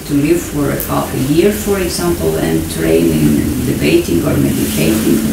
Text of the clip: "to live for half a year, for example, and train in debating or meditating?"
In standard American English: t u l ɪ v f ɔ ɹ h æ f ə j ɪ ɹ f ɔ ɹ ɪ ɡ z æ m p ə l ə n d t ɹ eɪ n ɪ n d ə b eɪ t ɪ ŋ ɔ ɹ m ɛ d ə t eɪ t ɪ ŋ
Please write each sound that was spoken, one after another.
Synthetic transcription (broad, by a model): t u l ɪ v f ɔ ɹ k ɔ p ə j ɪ ɹ f ɔ ɹ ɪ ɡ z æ m p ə l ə n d t ɹ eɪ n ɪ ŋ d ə b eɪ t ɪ ŋ ɔ ɹ m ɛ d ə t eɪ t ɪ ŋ